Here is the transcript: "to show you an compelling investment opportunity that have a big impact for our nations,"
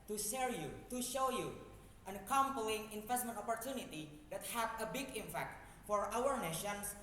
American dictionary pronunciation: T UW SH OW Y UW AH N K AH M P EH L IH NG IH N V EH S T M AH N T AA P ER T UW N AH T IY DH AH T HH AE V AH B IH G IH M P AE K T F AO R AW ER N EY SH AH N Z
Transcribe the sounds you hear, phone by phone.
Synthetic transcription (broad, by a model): T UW SH OW Y UW AH N K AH M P L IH NG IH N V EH S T M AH N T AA P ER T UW N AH T IY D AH T HH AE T AH B IH G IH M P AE K T F AO R AW ER N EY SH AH N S